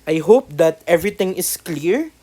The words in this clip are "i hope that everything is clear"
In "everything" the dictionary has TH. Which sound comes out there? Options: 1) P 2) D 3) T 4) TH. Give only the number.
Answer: 3